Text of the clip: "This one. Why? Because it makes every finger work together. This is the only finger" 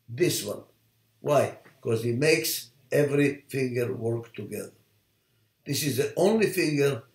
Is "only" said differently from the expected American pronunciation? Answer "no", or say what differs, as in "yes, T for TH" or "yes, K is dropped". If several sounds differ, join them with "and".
no